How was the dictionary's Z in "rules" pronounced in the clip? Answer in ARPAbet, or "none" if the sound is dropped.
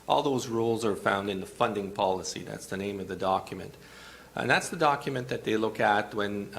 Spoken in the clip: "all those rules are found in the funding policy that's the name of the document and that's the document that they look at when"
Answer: Z